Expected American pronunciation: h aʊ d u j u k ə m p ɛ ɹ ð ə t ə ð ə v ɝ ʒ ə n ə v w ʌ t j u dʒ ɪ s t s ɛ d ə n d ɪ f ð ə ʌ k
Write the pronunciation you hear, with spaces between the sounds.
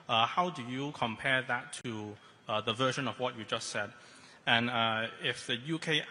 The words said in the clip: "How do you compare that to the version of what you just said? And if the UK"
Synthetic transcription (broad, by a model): h aʊ d u j u k ə m p ɛ ɹ ð ə t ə ð ə v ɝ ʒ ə n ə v w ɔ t j u dʒ ɪ s t s ɛ d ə n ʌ ɪ f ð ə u k